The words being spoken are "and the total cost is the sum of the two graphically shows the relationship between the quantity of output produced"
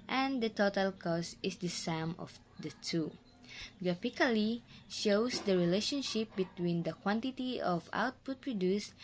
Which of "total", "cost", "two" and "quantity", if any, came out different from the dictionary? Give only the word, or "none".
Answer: cost